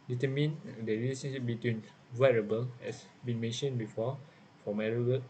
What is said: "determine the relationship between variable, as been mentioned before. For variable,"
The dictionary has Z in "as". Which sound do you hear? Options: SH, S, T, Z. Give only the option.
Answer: S